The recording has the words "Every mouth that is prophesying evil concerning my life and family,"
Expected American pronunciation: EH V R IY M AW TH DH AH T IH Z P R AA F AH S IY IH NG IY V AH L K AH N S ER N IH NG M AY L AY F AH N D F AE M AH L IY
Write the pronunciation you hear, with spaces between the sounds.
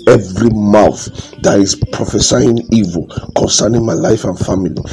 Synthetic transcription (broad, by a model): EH V R IY M AW TH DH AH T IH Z P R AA F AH S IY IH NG IY V AH L K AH N S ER N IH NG M AY L AY F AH N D F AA M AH L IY